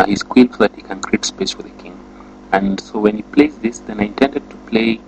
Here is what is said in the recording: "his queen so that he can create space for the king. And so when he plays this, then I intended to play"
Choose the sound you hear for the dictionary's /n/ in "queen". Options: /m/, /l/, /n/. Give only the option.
/l/